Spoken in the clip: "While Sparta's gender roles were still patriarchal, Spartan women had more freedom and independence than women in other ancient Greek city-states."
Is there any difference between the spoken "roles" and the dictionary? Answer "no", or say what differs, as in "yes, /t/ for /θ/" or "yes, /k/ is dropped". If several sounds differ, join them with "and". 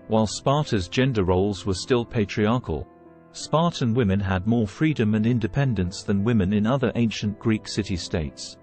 no